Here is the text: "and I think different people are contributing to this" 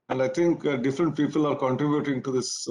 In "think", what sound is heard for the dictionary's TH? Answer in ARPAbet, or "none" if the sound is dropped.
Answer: T